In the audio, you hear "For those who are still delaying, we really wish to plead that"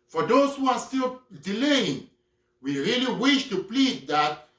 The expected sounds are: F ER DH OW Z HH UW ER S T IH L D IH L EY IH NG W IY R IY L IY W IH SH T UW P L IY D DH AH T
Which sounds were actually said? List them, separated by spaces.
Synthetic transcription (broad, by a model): F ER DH OW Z HH UW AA S T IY L D IH L EY IH NG W IY R IY L IY W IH SH T UW P L IY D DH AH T